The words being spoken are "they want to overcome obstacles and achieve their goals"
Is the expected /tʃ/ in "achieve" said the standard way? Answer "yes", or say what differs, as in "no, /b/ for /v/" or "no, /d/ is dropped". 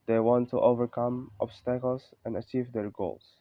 yes